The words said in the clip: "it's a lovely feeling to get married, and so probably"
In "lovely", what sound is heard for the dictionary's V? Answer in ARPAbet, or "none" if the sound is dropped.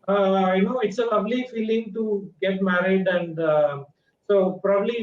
B